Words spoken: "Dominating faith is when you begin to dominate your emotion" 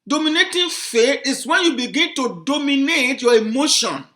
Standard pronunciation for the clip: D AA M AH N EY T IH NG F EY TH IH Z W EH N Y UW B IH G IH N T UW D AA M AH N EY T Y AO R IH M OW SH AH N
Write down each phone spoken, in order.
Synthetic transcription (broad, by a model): D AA M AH N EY T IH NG F EY T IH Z W EH N Y UW B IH G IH N T UW D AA M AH N EY T Y AO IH M OW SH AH N